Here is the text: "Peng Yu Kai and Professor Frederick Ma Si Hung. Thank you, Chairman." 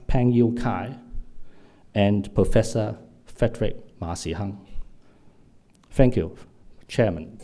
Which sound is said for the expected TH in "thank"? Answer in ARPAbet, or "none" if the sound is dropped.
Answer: F